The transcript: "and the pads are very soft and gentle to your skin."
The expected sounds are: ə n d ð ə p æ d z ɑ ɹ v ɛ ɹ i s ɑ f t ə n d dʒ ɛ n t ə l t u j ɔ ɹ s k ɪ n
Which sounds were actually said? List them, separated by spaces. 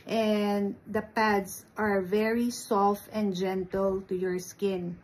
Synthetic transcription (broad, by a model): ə n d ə p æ d s ɑ ɹ v ɛ ɹ i s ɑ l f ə n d dʒ ɛ n t ə l t u j ɔ ɹ s k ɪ n